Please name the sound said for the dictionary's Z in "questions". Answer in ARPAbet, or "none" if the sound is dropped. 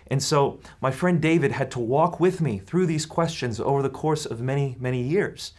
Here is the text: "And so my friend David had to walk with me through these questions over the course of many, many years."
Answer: Z